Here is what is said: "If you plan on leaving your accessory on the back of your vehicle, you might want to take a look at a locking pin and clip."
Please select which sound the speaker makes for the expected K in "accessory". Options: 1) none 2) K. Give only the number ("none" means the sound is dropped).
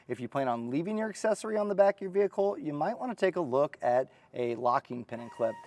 2